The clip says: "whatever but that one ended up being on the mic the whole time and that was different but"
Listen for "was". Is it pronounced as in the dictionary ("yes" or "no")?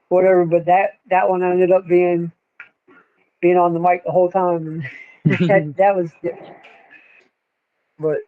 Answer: yes